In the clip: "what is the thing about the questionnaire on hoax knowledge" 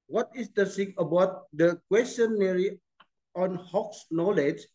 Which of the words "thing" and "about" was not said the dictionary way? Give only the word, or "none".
thing